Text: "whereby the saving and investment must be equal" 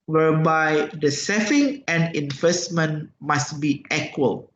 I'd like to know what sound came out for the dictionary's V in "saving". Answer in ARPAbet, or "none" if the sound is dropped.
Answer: F